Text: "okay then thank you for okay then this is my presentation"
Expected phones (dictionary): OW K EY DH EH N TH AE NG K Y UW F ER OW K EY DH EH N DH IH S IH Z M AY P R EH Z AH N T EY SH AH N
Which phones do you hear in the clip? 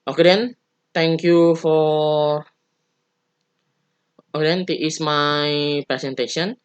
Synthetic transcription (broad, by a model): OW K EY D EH N T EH NG K Y UW F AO OW K EY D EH N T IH IH S M AY P R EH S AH N T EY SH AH N